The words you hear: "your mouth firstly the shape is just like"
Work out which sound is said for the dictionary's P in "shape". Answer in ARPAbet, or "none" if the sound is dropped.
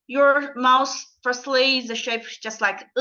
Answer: none